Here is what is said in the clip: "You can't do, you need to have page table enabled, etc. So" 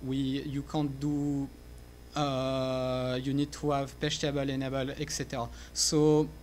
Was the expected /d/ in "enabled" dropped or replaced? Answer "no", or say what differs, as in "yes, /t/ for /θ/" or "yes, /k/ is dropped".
yes, /d/ is dropped